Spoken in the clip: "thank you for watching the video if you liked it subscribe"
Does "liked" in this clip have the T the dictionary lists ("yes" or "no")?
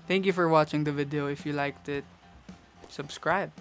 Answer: yes